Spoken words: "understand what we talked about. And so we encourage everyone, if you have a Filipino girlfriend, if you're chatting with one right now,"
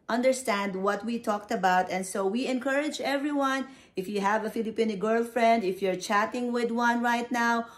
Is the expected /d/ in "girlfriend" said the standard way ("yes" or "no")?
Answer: yes